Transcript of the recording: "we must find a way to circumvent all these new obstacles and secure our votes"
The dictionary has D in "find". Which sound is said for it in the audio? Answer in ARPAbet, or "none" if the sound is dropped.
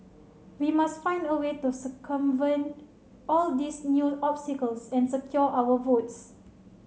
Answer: D